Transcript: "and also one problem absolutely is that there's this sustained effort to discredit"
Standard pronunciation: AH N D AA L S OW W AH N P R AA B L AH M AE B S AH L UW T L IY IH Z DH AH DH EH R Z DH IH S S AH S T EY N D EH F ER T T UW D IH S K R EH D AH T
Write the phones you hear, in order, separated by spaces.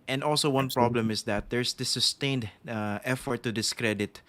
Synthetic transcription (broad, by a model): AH N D AA L S OW W AH N P R AA B L AH M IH S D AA T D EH R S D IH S S AH S T EY N D EH F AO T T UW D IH S K R EH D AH T